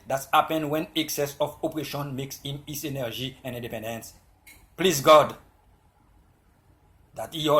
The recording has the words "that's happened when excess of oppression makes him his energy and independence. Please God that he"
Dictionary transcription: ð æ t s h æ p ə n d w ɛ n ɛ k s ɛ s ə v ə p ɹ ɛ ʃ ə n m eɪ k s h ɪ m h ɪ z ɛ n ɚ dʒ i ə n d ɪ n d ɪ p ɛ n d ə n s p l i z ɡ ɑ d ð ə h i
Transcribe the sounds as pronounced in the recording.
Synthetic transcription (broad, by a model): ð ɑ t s h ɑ p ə n w ɛ n ɛ k s ɛ s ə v ə p ɹ ɛ ʃ ə n m eɪ k s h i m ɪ s ɛ n ɚ dʒ i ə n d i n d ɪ p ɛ n d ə n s p l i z ɡ ɑ d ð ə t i